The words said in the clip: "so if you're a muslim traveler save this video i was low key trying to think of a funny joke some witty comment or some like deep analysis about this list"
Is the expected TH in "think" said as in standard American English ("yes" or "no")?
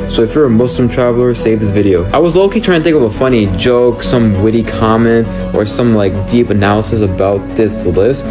no